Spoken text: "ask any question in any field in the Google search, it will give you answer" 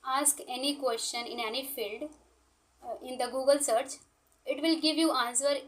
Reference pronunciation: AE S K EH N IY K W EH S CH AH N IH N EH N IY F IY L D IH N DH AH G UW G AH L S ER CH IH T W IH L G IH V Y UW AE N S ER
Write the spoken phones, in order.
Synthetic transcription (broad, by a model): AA S K EH N IY K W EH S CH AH N IH N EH N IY F IY L D IH N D AH G UW G AH L S ER CH IH T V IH L G IH V Y UW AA N S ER